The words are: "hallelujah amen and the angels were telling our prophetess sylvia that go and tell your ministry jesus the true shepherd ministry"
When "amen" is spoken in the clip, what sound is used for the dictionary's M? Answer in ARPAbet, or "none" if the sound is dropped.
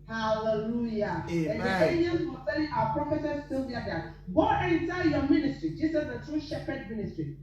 none